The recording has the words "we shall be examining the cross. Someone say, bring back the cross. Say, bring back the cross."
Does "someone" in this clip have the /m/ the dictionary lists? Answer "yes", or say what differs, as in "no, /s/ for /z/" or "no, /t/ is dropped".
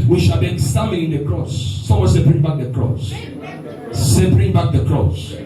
no, /m/ is dropped